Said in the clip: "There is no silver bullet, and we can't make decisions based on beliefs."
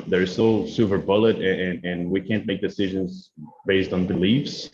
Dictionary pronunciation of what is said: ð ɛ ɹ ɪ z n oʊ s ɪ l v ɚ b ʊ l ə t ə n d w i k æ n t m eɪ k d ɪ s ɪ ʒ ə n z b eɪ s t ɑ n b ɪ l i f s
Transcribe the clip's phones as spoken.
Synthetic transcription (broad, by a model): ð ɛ ɹ ɪ z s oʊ s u v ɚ b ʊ l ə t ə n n w i k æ n m eɪ k d ɪ s ɪ ʒ ə n z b eɪ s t n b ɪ l i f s